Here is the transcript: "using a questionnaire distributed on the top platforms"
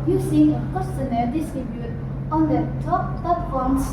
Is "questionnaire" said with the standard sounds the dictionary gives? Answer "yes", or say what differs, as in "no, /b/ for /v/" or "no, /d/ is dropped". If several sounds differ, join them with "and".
no, /l/ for /ɹ/